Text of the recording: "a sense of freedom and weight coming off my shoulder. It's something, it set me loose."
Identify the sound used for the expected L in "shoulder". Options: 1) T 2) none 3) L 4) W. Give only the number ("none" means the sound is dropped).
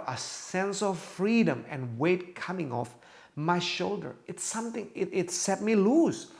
3